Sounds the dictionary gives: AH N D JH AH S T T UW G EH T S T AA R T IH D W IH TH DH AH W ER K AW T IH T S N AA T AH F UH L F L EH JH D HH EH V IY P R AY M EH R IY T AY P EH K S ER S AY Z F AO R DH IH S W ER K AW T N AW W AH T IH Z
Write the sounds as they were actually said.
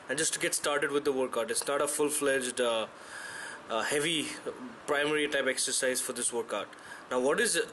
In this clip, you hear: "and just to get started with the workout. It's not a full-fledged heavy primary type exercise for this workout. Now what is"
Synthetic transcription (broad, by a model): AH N JH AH S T T UW G EH T S T AA R T IH D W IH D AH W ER K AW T IH T S N AA T AH F UH L F L EH JH D HH EH V IY P R AY M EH R IY T AY P EH K S ER S AY Z F AO R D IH S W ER K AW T N AW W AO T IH Z